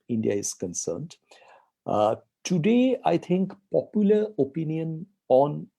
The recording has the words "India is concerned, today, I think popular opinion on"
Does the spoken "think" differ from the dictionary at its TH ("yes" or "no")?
yes